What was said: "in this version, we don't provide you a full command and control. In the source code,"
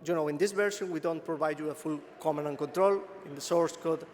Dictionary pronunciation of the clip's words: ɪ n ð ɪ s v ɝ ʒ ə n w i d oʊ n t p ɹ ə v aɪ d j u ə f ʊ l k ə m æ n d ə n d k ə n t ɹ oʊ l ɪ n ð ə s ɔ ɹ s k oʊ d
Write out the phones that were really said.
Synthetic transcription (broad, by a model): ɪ n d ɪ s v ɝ ʃ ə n w i d oʊ n t p ɹ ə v aɪ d j u ə f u l k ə m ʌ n ə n k ə n t ɹ oʊ l ɪ n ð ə s ɔ ɹ s k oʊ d